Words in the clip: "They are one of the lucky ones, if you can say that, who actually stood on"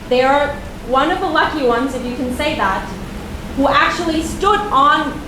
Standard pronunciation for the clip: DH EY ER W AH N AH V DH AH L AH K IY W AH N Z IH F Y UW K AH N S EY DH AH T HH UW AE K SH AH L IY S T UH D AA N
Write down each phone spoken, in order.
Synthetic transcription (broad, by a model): DH ER W AH N AH V DH AH L AH K IY W AH N Z IH F Y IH K AH N S EY DH AH T HH UW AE K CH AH L IY S T UH D N